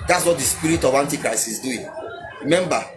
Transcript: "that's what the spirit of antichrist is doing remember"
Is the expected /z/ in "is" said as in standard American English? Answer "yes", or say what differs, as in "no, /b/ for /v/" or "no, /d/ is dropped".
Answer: no, /s/ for /z/